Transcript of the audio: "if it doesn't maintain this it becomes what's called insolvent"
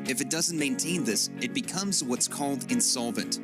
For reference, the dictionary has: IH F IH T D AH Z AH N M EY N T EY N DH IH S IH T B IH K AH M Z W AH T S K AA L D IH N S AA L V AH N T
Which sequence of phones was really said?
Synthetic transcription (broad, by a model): IH F IH T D AH Z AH N M EY N T EY N DH IH S IH T B IH K AH M Z W AH T S K AA L D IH N S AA L V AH N T